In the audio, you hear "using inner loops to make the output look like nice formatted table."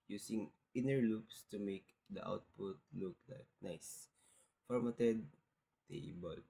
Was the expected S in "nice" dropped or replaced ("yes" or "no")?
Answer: no